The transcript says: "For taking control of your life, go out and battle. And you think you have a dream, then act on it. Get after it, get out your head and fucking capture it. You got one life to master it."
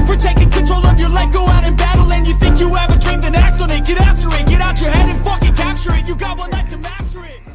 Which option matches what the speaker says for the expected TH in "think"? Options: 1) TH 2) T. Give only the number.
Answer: 1